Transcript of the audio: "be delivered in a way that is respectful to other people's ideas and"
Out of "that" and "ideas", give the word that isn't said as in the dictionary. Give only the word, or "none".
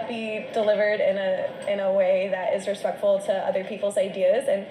none